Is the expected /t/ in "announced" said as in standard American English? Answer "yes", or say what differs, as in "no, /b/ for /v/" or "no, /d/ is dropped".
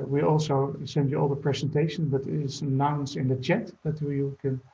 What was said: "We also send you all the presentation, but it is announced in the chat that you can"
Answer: no, /t/ is dropped